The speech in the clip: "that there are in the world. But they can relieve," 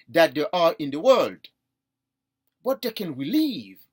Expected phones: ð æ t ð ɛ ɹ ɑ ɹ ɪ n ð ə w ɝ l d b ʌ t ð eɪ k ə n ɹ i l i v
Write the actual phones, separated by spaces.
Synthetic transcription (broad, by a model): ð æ t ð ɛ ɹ ɑ ɹ ɪ n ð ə w ɝ l d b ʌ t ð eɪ k ə n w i l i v